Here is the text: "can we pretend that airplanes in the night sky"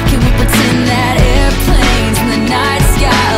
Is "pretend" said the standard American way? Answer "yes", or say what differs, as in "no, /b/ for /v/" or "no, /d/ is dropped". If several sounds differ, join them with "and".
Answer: no, /ɹ/ is dropped